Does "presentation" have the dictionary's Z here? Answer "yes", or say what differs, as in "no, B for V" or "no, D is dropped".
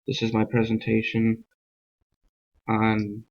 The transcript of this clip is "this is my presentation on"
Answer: yes